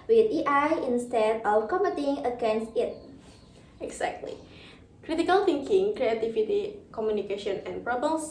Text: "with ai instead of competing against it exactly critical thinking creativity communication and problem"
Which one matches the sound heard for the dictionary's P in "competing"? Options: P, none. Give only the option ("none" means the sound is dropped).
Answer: none